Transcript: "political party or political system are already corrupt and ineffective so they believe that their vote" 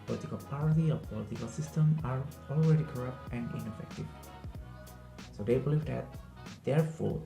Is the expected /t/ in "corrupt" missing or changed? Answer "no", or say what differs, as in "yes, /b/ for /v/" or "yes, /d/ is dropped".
no